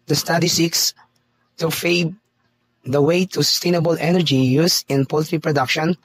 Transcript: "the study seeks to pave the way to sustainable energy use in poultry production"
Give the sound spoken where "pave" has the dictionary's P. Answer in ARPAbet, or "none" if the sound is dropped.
F